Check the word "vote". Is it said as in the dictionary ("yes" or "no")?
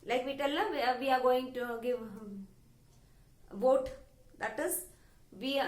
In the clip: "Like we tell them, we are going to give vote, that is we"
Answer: yes